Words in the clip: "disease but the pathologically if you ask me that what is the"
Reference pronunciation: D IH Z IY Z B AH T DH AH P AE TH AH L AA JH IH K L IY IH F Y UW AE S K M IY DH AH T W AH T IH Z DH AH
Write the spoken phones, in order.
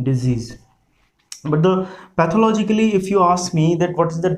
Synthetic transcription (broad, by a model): D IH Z IY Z B AH T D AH P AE T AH L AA JH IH K L IY IH F Y UW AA S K M IY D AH T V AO T IH Z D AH